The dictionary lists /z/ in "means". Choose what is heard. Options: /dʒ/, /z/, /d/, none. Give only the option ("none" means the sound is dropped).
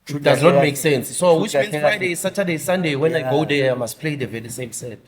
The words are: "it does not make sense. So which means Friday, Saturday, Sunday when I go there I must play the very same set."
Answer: none